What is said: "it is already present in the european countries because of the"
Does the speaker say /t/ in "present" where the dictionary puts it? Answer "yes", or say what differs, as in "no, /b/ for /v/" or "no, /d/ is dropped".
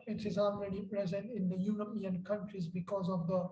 yes